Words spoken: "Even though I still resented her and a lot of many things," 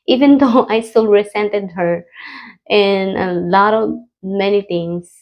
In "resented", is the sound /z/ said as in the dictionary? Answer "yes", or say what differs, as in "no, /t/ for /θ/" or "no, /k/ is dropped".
no, /s/ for /z/